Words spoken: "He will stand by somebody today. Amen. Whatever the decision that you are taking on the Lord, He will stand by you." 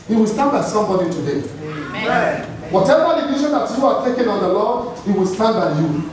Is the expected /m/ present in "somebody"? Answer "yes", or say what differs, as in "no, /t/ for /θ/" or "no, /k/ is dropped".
yes